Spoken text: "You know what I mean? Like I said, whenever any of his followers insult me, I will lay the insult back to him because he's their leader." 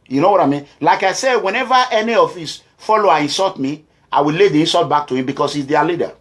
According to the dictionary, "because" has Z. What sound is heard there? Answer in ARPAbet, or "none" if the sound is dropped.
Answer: S